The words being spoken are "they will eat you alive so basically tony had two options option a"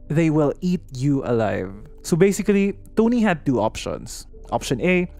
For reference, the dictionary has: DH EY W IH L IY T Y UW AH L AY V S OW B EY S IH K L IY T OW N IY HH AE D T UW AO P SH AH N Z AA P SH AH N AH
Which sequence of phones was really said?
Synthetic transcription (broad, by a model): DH EY W IH L IY T Y UW AH L AY V S OW B EY S IH K L IY T OW N IY HH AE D T UW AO P SH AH N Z AA P SH AH N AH